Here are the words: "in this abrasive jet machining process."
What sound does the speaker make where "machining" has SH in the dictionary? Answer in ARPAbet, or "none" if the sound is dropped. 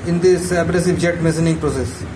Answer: S